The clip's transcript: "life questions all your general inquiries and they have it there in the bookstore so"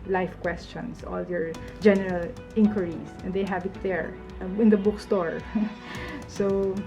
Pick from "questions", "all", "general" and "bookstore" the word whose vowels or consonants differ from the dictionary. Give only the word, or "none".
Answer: questions